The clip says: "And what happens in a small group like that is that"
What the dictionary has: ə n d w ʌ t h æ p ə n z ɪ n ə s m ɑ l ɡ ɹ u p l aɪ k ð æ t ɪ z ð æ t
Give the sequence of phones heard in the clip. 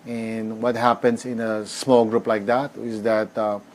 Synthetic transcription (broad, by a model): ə n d w ʌ t h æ p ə n s ɪ n ə s m ɑ l ɡ ɹ u p l aɪ k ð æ t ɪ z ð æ t